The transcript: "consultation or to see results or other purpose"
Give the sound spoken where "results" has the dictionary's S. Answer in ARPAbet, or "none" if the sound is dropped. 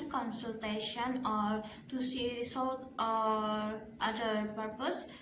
none